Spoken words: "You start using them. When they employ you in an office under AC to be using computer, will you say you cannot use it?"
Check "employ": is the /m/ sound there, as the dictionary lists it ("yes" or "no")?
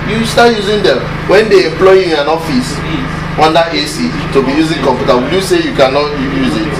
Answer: yes